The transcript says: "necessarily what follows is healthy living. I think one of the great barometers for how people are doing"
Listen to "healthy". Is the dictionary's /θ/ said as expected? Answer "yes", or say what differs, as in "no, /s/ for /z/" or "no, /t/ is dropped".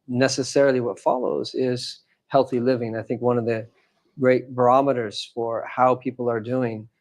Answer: yes